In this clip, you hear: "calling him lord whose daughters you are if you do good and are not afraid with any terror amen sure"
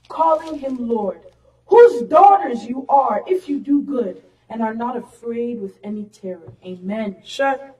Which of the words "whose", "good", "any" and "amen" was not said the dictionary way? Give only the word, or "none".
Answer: none